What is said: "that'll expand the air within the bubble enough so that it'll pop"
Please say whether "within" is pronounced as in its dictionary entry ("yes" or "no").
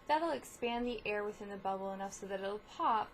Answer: yes